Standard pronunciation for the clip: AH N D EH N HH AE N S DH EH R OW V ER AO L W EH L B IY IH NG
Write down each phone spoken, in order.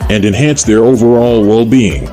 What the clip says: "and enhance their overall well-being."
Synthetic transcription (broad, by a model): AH N D EH N HH AE N S DH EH R OW V ER AO L W EH L B IY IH NG